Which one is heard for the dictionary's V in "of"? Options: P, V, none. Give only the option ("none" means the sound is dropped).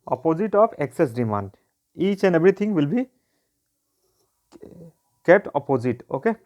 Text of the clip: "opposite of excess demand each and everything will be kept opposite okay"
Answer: P